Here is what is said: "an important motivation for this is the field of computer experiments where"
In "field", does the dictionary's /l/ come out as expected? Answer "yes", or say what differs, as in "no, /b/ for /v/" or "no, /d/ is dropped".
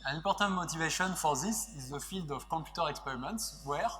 yes